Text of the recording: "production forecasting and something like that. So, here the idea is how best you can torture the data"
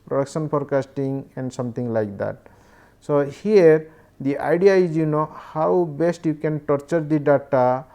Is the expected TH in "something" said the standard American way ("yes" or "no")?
no